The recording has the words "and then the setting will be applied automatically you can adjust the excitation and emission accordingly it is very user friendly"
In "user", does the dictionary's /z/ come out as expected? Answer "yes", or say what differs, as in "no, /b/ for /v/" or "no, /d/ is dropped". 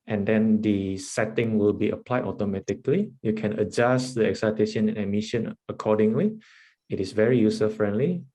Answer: no, /s/ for /z/